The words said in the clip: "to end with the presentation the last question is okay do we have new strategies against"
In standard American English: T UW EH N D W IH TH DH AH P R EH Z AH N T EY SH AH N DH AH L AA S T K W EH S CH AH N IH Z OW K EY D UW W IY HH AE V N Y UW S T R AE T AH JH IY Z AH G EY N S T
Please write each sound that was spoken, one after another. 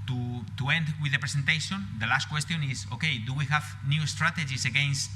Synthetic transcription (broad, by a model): T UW EH N D W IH DH AH P R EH S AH N T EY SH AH N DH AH L AA S T K W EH S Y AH N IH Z OW K EY D UW W IY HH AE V N Y UW S T R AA T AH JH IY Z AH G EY N S T